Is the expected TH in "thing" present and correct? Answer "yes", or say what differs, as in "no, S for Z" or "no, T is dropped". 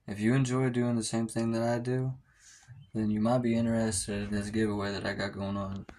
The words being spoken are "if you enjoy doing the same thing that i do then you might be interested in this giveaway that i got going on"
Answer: yes